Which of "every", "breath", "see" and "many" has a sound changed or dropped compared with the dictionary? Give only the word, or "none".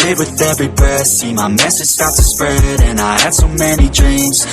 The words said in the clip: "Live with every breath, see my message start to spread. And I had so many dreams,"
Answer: breath